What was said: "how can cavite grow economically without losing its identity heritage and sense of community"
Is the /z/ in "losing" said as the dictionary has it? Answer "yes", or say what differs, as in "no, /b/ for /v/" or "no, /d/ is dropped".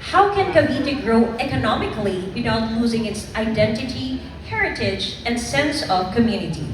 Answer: yes